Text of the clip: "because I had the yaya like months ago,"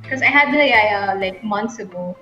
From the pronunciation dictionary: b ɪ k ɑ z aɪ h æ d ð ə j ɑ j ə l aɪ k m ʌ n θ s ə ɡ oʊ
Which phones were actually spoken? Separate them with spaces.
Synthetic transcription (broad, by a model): k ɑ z aɪ h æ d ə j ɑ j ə l aɪ k m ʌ n t s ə ɡ oʊ